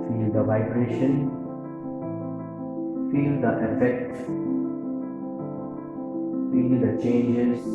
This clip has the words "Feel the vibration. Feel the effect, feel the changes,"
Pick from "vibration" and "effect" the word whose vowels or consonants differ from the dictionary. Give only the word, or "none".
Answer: none